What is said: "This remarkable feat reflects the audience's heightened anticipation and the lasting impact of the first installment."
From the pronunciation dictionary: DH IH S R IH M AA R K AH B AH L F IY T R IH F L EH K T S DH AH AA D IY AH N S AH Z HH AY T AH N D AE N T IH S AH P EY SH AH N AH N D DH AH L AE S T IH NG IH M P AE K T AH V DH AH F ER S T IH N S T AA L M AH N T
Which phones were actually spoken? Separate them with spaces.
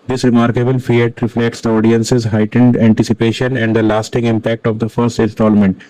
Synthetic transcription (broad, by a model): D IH S R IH M AA R K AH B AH L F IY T R IH F L EH K T S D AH AA D IY AH N S AH Z HH AY T AH N D AE N T IH S AH P EY SH AH N AH N D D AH L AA S T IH NG IH M P AE K T AH V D AH F ER S T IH N S T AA L M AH N T